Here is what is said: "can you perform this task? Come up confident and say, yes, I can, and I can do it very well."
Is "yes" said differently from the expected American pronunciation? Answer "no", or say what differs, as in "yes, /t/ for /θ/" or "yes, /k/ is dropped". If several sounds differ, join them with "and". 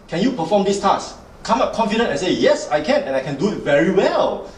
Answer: no